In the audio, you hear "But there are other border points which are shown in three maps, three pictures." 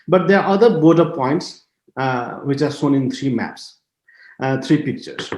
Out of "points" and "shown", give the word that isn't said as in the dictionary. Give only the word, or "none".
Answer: shown